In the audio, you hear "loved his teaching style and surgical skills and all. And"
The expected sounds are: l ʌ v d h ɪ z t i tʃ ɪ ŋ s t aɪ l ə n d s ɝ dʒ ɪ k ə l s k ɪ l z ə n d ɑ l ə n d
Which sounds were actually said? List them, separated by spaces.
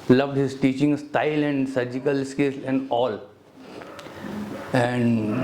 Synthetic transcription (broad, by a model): l ʌ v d h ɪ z t i tʃ ɪ ŋ s t aɪ l ə n d s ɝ dʒ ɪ k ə l s k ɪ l ə n d ɑ l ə n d